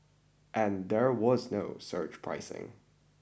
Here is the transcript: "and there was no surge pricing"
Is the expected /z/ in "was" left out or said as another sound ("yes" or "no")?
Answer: no